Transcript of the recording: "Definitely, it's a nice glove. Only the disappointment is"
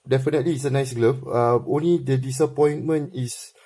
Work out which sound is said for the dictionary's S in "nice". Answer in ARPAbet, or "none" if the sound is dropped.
S